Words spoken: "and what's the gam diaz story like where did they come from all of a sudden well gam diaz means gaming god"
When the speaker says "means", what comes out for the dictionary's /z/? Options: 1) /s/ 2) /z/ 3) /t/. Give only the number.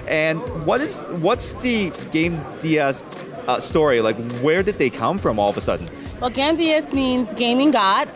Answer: 2